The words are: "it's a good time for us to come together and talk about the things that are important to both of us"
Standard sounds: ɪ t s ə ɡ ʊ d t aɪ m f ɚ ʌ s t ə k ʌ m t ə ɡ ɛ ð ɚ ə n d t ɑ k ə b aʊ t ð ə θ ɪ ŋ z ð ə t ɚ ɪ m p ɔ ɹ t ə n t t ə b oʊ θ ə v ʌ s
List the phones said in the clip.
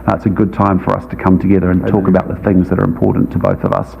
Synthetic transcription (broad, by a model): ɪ t s ə ɡ ʊ d t aɪ m f ɚ ʌ s t ə k ʌ m t ə ɡ ɛ ð ɚ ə n t ɑ k ə b aʊ t ð ə θ ɪ ŋ z ð ə t ɚ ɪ m p ɔ ɹ t n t t ə b oʊ θ ə v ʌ s